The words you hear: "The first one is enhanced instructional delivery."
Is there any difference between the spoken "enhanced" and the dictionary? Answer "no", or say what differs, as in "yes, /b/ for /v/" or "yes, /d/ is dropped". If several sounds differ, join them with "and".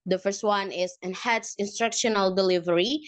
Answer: yes, /t/ is dropped